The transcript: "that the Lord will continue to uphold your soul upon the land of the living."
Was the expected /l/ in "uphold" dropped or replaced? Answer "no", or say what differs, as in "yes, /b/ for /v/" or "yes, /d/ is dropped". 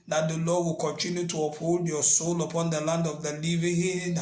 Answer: no